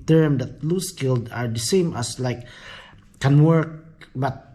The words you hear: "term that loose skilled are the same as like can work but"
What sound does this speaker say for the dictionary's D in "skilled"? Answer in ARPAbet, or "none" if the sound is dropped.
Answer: D